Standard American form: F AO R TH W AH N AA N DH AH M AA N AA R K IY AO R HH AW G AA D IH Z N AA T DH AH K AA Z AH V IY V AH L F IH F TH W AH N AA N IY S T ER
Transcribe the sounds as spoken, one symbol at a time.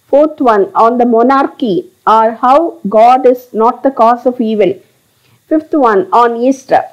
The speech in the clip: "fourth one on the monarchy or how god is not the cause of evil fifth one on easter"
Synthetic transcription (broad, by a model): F AO R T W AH N AA N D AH M AA N AA R K IY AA R HH AW G AA D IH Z N AA T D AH K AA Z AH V IY V AH L F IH F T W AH N AA N IY S T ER